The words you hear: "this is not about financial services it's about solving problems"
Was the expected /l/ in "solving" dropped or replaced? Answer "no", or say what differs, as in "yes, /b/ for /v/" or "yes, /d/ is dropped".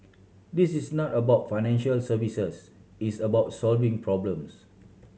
no